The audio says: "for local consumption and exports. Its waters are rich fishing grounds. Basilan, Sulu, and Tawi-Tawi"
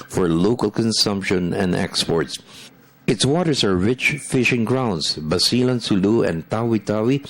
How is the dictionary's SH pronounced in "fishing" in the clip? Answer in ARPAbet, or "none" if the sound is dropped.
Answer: SH